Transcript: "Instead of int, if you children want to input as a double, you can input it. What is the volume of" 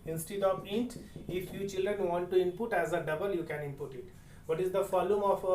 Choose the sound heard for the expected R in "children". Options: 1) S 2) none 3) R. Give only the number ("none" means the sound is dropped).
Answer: 3